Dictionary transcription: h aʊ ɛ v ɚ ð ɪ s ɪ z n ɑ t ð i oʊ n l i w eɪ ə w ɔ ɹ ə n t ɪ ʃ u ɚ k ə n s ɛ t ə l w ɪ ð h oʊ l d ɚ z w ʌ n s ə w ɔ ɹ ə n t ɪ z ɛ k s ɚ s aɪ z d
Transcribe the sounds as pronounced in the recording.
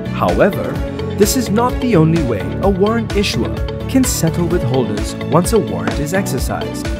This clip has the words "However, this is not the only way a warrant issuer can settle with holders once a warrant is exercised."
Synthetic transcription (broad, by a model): h aʊ ɛ v ɚ ð ɪ s ɪ z n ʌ t ð i oʊ n l i w eɪ ə w ɔ ɹ ə n t ɪ ʃ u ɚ k ə n s ɛ t l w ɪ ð h oʊ l d ɚ z w ʌ n s ə w ɔ ɹ ə n t ɪ z ɛ k s ɚ s aɪ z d